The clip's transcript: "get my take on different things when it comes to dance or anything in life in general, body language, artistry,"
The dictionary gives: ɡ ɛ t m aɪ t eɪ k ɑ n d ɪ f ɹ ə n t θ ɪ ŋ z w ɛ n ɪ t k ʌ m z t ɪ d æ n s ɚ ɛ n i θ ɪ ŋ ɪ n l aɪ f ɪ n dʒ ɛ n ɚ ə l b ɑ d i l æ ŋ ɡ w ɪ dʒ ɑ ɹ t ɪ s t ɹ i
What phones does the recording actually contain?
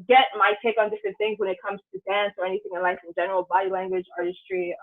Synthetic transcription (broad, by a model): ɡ ɛ t m aɪ t eɪ k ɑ n d ɪ f ɹ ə n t θ ɪ ŋ z w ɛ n ɪ t k ʌ m z t ɪ d æ n s ɚ ɛ n i θ ɪ ŋ ɪ n l aɪ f ɪ n dʒ ɛ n ɚ l b ɑ d i l æ ŋ ɡ w ɪ dʒ ɑ ɹ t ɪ s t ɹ i